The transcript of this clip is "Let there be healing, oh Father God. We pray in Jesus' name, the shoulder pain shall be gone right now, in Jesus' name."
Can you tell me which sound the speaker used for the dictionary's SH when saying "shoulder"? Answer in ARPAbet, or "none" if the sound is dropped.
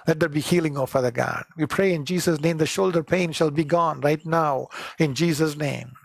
SH